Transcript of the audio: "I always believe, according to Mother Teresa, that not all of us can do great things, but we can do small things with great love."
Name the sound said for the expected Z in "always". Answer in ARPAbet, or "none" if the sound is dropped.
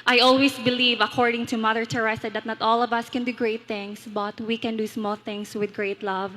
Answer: S